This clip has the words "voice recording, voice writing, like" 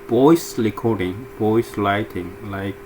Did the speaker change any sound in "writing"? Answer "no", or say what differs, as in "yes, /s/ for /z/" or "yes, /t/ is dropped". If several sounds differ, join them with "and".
yes, /l/ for /ɹ/